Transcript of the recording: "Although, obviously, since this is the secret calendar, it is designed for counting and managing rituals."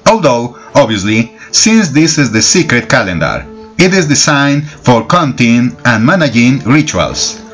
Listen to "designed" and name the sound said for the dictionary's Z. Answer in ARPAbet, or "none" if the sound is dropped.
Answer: S